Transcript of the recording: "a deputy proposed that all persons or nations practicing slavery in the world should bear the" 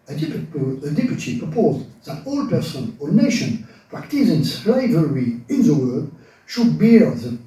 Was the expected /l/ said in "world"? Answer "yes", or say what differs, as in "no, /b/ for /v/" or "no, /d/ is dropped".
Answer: no, /l/ is dropped